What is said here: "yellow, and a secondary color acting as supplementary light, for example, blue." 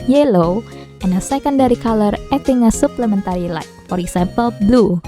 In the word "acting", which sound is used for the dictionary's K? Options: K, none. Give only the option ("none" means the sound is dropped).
none